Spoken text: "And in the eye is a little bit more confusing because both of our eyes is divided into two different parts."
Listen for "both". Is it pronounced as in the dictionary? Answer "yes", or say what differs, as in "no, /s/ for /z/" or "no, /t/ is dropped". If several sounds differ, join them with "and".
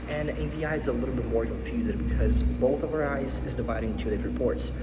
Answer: yes